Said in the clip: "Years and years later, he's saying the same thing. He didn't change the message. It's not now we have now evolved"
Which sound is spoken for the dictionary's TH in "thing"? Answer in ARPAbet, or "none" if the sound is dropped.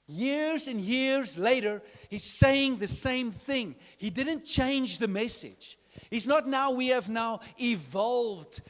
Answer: TH